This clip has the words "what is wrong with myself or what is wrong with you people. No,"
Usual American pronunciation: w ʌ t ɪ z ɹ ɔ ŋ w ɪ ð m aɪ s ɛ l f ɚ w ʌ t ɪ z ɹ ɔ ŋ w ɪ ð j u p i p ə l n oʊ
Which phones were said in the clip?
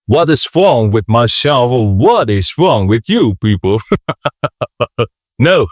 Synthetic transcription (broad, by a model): w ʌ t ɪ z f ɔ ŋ w ɪ ð m aɪ ʃ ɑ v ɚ w ʌ t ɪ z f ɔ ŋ w ɪ ð j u p i p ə l n oʊ